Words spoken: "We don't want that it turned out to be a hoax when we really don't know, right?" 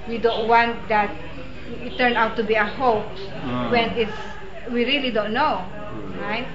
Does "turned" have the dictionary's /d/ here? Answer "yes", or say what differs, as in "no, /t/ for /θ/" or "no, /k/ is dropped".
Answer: no, /d/ is dropped